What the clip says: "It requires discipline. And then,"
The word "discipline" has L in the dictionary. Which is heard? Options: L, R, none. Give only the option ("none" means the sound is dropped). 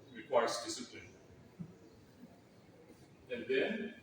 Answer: none